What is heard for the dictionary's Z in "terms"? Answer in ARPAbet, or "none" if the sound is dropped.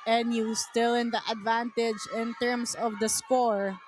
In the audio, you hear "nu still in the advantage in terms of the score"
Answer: S